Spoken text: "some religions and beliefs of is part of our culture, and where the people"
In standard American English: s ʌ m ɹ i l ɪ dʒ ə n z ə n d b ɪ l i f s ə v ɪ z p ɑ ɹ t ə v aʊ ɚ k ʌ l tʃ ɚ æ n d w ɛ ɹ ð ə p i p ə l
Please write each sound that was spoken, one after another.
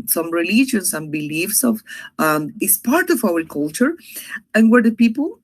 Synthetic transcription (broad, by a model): s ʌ m ɹ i l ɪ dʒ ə n s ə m b ɪ l i f s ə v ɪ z p ɑ ɹ t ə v aʊ ɚ k ʌ l tʃ ɚ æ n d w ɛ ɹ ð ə p i p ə l